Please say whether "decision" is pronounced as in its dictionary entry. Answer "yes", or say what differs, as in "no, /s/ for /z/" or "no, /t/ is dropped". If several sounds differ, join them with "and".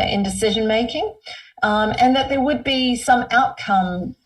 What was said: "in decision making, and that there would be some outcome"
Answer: yes